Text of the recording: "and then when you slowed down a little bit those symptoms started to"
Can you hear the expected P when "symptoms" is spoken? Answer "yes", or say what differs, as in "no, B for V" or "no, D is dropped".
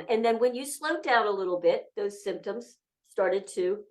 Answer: yes